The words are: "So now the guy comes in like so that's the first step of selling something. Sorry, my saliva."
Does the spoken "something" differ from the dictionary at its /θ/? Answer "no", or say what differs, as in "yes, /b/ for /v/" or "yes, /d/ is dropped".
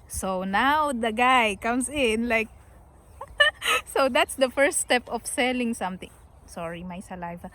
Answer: yes, /t/ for /θ/